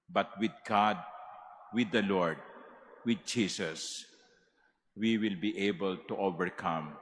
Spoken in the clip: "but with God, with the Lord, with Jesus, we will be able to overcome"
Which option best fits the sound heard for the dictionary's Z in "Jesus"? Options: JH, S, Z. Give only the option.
S